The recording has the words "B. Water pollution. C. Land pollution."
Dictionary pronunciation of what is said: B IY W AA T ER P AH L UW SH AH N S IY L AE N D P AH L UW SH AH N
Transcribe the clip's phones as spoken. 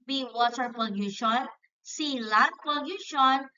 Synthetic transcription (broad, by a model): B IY W AA T ER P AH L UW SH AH N S IY L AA D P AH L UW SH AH N